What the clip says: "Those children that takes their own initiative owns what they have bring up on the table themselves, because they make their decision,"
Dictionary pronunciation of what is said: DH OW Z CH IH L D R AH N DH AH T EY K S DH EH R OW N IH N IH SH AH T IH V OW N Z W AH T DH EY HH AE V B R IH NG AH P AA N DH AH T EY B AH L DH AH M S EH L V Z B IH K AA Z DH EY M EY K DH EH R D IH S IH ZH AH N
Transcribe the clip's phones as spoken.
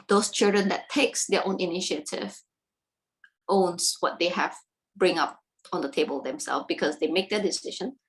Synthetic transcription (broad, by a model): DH OW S CH IH L D R AH N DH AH T EY K S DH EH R OW N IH N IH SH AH T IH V OW N S W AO T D EY HH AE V B R IH NG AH P AA N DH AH T EY B AH L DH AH M S EH L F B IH K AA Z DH EY M EY K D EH D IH S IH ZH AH N